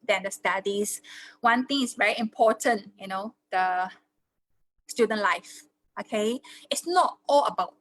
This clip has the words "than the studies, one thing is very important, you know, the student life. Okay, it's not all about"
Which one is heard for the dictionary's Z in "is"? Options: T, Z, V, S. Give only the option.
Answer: S